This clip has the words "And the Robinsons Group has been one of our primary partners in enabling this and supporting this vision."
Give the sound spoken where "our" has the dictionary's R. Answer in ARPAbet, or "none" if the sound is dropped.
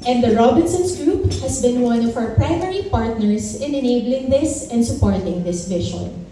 W